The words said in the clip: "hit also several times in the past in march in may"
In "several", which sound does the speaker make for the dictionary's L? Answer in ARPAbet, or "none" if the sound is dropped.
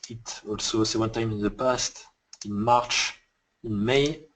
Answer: N